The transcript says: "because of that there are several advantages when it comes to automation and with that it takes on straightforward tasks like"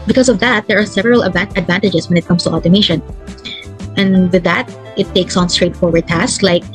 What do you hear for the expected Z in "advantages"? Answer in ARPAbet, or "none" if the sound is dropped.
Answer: S